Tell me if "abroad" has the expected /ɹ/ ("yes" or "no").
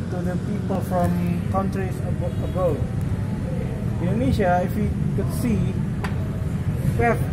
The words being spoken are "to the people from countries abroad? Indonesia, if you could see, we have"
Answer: no